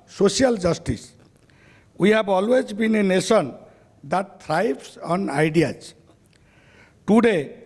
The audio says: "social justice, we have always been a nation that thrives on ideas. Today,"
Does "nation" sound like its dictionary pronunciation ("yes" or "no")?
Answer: no